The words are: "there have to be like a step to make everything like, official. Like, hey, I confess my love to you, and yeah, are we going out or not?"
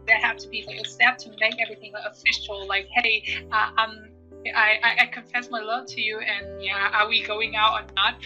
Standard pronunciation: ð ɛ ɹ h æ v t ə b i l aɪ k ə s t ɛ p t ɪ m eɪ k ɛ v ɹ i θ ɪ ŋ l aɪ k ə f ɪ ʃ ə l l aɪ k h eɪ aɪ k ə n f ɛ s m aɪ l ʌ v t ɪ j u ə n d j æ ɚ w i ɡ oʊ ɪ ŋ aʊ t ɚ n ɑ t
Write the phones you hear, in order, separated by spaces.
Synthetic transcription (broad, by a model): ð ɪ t h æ f t ə b i l aɪ k ə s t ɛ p t ɪ m eɪ k ɛ v ɹ i θ ɪ ŋ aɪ ə f ɪ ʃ l l aɪ k h eɪ aɪ k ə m f ɛ s m aɪ l ʌ v t ɪ j u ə n j æ ɚ w i ɡ oʊ ɪ ŋ aʊ t ɚ n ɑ t